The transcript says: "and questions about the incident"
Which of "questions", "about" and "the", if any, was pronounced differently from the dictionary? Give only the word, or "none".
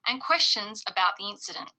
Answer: none